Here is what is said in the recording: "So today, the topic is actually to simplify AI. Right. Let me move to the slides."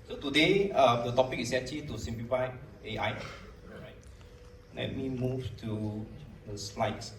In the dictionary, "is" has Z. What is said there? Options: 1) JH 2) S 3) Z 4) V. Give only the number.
2